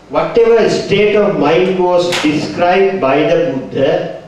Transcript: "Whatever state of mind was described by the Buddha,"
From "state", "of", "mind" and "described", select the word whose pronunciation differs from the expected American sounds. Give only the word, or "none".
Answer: none